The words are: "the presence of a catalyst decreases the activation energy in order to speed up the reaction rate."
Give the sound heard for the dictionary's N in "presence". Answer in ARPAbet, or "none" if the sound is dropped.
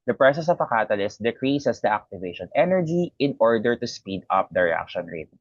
none